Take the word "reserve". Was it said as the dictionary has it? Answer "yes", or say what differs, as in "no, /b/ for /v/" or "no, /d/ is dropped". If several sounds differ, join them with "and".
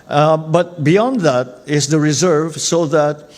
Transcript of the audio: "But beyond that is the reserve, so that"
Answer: yes